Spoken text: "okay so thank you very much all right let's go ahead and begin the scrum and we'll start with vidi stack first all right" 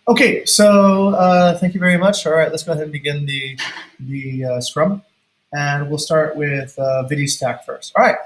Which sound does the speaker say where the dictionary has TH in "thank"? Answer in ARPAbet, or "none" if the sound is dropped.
TH